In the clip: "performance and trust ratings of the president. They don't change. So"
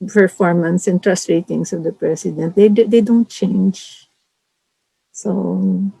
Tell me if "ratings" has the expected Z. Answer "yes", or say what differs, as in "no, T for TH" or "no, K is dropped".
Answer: no, S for Z